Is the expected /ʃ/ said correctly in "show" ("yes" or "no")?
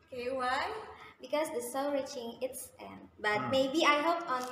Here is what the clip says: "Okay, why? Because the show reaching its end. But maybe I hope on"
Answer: no